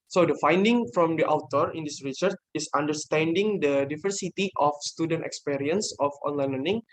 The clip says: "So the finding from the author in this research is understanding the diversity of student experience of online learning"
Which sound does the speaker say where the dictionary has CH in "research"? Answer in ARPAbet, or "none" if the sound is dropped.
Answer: CH